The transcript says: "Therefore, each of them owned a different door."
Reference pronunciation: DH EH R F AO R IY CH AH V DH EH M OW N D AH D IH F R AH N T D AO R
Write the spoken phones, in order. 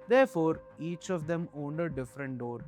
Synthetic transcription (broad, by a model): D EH R F AO R IY CH AH V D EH M OW N D AH D IH F R AH N T D AO R